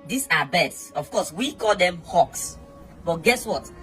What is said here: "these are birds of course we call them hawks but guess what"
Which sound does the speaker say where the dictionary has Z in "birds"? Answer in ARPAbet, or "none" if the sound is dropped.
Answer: S